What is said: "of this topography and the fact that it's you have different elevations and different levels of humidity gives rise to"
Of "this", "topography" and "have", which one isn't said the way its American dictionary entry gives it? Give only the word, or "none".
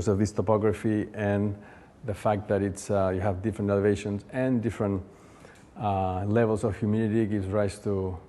none